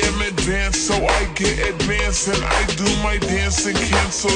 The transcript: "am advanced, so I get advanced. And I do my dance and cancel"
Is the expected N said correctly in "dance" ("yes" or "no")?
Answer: yes